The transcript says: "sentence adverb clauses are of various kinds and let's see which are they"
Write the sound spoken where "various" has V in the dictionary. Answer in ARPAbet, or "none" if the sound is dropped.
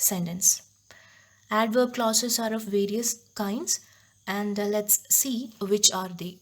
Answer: V